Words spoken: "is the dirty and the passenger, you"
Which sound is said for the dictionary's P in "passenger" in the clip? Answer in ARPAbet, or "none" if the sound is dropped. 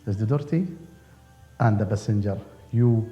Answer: B